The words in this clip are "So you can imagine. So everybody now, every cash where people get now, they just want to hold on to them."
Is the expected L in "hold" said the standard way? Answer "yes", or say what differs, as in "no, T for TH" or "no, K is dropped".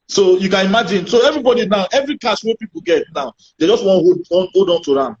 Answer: no, L is dropped